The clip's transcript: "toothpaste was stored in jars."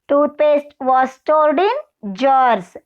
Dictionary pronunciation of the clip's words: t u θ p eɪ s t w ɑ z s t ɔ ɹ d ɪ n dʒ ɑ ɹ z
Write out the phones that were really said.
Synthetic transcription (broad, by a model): t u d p eɪ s t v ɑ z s t ɔ l d ɪ n dʒ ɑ ɹ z